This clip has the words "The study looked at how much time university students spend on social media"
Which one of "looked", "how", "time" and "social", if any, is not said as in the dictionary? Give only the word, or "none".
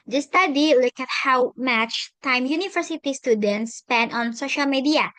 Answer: looked